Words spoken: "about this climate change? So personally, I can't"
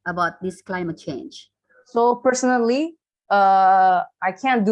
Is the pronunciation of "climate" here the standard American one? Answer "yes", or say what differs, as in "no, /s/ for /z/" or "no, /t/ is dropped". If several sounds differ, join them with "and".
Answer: yes